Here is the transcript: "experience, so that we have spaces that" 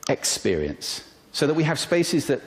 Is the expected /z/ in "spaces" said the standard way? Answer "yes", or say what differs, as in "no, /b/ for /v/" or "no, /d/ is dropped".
yes